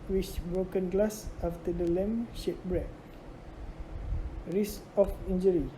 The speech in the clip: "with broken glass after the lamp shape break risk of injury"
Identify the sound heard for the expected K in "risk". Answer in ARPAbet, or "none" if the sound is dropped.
none